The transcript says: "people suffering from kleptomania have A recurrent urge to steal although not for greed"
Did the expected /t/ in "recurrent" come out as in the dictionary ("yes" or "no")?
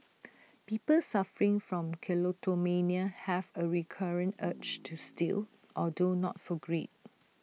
yes